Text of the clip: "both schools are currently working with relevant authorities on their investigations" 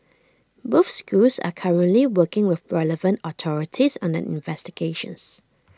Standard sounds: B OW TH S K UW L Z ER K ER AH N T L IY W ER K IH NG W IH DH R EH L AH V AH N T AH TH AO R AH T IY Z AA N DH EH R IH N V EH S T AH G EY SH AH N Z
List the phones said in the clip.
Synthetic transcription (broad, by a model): B OW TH S K UW L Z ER K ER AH N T L IY W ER K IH NG W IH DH R EH L AH V AH N T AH T AO R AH T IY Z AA N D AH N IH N V EH S T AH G EY SH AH N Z